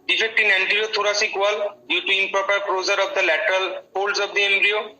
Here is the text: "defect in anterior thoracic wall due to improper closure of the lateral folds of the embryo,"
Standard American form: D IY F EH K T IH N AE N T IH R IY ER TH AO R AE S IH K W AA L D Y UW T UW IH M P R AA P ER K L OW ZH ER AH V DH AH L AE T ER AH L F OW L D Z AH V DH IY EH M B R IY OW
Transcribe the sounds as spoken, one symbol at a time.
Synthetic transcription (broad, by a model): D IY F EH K T IH N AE N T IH R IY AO T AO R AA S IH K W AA L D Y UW T UW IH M P R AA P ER K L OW Z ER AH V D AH L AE T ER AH L P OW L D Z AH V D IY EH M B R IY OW